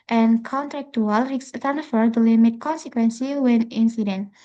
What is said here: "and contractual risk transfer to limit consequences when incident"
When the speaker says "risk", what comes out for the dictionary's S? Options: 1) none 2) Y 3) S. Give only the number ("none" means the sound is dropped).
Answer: 1